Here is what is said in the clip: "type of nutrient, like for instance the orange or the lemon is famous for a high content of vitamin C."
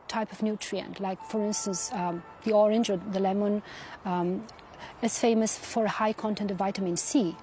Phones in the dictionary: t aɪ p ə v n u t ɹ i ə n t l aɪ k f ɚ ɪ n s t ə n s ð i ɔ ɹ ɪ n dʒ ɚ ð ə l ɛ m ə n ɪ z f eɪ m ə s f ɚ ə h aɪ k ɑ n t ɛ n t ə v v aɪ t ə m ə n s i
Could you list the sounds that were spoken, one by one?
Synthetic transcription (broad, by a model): t aɪ p ə v n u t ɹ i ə n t l aɪ k f ɚ ɪ n s t ə n s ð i ɔ ɹ ɪ n dʒ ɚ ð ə l ɛ m ə n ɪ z f eɪ m ə s f ɚ ə h aɪ k ɑ n t ɛ n t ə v v aɪ t ə m ə n s i